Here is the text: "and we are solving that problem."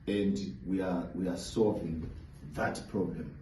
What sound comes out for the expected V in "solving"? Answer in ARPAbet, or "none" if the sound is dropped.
V